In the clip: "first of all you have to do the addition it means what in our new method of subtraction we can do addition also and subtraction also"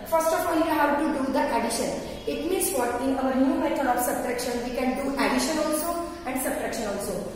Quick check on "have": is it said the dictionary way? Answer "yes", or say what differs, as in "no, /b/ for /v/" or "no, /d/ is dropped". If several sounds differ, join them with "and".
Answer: no, /w/ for /v/